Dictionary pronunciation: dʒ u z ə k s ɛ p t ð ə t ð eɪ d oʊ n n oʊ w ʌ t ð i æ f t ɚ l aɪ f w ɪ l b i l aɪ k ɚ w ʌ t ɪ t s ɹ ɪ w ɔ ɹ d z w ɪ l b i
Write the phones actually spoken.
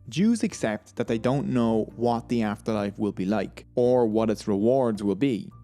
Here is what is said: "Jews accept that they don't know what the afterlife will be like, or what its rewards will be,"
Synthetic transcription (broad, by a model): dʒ u z ə k s ɛ p t ð ə t ð eɪ d oʊ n n oʊ w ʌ t ð i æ f t ɚ l aɪ f w ɪ l b i l aɪ k ɚ w ʌ t ɪ t s ɹ ɪ w ɔ ɹ d z w ɪ l b i